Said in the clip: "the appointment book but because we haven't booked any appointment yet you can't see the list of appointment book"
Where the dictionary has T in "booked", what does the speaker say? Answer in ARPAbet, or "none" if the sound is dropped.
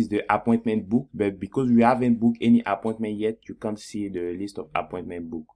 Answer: none